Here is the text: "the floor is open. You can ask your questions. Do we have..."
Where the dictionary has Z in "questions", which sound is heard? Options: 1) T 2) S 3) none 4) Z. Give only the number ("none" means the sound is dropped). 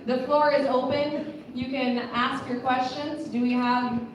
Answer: 4